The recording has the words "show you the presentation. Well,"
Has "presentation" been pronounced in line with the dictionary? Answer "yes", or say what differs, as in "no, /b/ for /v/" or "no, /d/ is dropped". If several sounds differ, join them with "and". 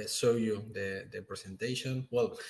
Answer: no, /s/ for /z/